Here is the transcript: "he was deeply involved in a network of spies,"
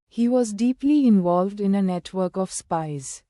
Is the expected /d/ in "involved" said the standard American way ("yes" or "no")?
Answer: yes